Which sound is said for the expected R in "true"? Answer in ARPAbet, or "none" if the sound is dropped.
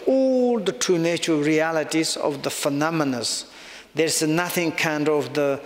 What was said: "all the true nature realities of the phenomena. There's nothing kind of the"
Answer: none